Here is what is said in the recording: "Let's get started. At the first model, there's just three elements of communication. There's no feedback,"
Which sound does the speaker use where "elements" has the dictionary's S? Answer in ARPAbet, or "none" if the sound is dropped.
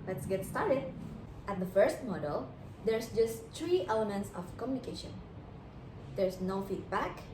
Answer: S